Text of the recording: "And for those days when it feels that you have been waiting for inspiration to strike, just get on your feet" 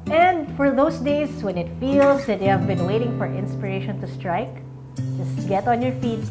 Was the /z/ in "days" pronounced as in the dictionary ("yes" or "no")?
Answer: no